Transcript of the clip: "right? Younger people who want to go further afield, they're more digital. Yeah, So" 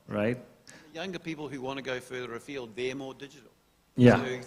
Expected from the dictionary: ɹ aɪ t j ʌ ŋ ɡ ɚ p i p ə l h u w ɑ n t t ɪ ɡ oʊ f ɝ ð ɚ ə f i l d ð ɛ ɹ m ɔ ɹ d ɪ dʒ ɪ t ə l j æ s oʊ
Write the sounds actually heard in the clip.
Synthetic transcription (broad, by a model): ɹ aɪ t j ʌ ŋ ɡ ɚ p i p l h u w ɑ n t t ɪ ɡ oʊ f ɝ ð ɚ ə f i l d ð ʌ ɹ m ɔ ɹ d ɪ dʒ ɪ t l j æ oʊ